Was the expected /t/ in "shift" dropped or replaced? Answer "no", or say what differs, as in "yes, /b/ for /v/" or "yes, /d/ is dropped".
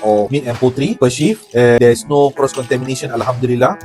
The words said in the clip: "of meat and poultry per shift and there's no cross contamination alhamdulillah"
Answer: yes, /t/ is dropped